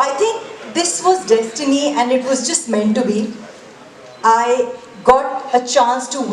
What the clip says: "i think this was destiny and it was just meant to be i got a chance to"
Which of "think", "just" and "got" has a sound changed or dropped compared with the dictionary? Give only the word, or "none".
think